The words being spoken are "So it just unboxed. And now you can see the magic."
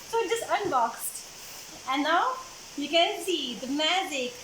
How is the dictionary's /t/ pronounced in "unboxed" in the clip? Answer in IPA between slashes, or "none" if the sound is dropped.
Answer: /t/